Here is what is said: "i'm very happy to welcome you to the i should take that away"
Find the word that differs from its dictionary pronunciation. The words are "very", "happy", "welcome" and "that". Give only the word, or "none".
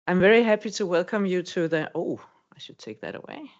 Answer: none